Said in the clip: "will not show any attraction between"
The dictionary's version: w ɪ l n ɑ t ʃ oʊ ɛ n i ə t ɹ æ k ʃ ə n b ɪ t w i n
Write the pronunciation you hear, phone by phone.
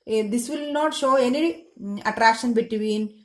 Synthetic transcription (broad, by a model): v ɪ l n ɑ t ʃ oʊ ɛ n i ə t ɹ æ k ʃ ə n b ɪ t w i n